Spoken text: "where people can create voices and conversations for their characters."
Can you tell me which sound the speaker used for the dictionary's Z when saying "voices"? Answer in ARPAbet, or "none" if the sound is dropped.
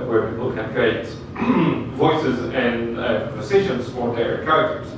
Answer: Z